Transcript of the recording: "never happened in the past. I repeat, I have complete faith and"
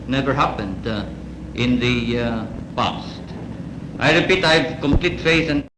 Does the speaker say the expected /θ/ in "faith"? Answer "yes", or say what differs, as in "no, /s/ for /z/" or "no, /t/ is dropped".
no, /s/ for /θ/